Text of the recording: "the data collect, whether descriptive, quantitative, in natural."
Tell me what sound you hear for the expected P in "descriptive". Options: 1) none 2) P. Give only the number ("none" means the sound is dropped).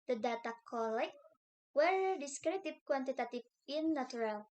1